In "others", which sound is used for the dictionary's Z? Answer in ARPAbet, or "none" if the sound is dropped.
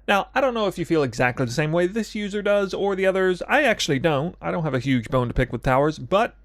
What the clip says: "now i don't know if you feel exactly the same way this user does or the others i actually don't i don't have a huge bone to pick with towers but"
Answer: Z